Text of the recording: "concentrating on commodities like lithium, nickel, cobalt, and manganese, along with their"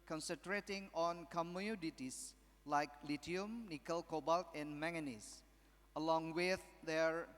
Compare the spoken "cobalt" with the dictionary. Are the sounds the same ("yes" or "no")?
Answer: yes